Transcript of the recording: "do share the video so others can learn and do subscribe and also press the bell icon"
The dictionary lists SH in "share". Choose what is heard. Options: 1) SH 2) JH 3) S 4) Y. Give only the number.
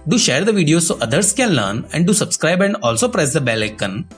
1